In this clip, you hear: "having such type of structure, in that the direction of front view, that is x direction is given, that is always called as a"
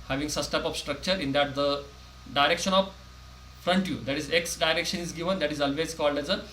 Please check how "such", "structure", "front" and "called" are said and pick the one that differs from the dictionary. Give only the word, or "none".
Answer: such